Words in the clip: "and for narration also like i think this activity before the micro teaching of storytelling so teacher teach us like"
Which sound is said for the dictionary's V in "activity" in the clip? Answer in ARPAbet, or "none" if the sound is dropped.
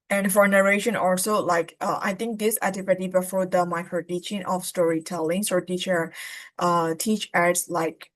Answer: P